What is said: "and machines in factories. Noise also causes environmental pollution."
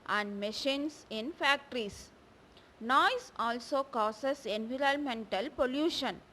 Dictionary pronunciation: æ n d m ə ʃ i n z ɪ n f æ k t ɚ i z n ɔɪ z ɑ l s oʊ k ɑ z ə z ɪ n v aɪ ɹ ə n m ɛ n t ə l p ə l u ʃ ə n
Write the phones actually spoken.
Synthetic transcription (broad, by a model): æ n d m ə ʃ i n s ɪ n f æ k t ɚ i s n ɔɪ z ɑ l s oʊ k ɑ s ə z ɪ n v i ɹ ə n m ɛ n t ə l p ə l u ʃ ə n